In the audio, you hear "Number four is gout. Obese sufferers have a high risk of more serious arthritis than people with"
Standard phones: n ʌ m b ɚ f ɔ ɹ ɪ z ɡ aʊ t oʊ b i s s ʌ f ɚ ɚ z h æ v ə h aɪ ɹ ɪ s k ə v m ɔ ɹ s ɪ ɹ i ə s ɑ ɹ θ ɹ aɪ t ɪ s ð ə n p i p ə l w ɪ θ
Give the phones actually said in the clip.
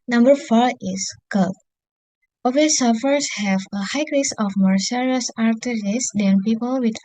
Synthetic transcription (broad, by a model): n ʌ m b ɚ f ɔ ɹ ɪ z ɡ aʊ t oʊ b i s s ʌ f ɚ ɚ s h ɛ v ə h aɪ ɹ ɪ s ə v m ɔ ɹ s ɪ ɹ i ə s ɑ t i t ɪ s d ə n p i p ə l w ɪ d